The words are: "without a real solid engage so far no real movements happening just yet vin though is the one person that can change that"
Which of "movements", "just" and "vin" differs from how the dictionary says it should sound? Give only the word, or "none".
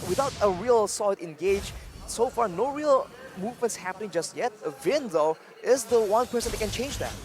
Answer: none